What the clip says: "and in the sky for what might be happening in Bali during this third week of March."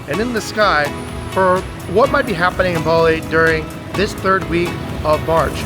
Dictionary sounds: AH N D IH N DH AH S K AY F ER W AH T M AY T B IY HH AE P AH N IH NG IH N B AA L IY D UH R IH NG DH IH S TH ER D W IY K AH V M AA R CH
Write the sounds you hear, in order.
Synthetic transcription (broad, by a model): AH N IH N DH AH S K AY F ER W AH T M AY T B IY HH AE P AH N IH NG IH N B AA L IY D UH R IH NG DH IH S TH ER D W IY K AH V M AA R CH